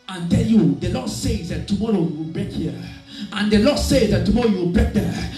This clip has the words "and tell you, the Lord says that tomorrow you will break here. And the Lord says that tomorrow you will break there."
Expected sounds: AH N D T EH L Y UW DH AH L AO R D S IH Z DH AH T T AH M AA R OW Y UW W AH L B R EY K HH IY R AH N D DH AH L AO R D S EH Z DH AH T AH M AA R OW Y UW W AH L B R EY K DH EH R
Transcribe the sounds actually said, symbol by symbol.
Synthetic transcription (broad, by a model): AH N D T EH N Y UW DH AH L AO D S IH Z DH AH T T AH M AA R OW Y UW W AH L B R EY K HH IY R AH N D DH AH L AO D S EH Z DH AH T AH M AA R OW Y UW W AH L B R EY K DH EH